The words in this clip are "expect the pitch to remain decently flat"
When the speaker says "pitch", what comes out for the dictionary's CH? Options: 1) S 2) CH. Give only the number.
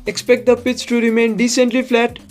1